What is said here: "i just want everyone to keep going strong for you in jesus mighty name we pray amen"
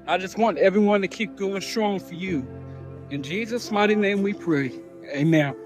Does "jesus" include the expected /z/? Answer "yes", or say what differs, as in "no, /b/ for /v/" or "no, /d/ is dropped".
yes